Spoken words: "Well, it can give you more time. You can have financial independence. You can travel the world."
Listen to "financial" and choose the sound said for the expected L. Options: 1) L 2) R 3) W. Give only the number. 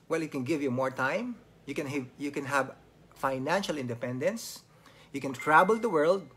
1